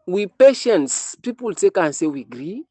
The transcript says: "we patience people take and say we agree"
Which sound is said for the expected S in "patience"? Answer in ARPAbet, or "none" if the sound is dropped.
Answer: S